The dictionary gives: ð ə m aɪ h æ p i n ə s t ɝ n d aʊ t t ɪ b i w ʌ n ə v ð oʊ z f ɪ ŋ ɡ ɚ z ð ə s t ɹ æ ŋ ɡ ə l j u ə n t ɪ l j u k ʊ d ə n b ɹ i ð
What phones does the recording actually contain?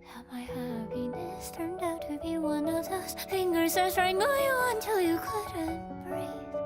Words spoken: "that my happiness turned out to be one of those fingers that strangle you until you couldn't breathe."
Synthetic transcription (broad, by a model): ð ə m aɪ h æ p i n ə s t ɝ n d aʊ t t ɪ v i w ʌ n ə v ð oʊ s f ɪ ŋ ɡ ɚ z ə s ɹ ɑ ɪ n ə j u ə n t ɪ l j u k ʊ d ə n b ɹ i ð